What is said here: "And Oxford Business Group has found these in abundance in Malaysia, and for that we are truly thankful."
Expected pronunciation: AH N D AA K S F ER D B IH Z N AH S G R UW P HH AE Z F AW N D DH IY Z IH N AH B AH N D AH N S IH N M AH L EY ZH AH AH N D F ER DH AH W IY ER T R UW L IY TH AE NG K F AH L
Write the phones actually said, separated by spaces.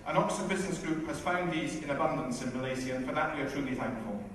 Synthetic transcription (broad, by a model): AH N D AA K S ER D B IH Z N AH S G R UW P HH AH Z F AW N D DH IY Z IH N AH B AH N D AH N S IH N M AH L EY Z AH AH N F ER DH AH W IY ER T R UW L IY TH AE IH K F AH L